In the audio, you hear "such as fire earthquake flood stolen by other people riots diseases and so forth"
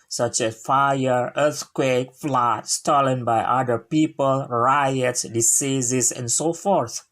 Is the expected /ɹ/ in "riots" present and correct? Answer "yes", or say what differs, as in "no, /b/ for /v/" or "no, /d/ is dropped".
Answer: yes